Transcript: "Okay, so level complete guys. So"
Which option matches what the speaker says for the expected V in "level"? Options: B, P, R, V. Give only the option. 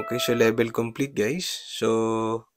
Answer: B